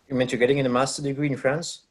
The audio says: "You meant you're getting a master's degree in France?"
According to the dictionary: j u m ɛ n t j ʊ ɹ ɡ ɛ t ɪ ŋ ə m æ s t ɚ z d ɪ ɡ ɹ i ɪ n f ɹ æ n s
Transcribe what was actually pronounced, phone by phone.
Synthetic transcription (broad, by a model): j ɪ m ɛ n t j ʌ ɹ ɡ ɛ t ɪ ŋ ə m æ s t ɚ d ɪ ɡ ɹ i ɪ n f ɹ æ n s